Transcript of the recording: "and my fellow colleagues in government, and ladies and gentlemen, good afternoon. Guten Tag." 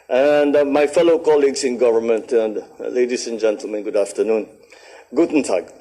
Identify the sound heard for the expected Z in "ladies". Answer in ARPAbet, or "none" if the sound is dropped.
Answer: S